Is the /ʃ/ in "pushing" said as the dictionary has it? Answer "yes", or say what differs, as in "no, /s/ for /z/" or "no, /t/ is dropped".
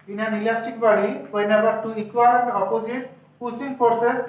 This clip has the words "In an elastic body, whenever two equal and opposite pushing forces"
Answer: no, /s/ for /ʃ/